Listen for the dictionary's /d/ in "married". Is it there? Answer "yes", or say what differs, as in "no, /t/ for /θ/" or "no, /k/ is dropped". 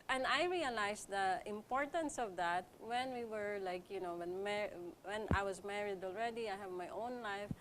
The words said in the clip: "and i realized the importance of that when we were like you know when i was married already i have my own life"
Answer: yes